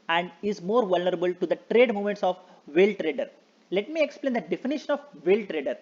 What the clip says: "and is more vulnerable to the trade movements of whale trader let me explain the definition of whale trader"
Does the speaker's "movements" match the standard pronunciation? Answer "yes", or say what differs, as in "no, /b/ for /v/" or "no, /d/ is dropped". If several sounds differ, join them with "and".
no, /v/ is dropped